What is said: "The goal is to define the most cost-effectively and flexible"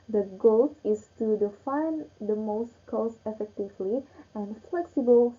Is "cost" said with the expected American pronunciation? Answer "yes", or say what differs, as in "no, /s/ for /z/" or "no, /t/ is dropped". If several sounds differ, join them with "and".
no, /t/ is dropped